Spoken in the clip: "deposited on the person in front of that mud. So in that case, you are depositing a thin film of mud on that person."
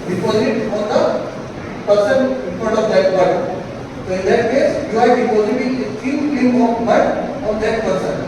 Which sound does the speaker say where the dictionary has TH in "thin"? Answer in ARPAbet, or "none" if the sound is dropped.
T